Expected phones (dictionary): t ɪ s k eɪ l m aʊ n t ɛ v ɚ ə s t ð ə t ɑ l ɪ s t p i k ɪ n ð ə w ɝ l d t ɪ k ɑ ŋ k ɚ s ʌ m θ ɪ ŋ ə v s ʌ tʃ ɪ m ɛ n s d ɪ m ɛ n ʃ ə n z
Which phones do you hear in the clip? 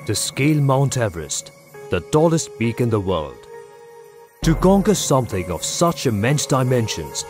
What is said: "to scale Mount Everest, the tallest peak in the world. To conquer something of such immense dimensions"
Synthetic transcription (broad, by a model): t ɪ s k eɪ l m aʊ n t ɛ v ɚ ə s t ð ə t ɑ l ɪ s t b i k ɪ n ð ə w ɝ l d t ɪ k ɑ ŋ k ɚ s ʌ m θ ɪ ŋ ə v s ʌ tʃ ɪ m ɛ n s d ɪ m ɛ n ʃ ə n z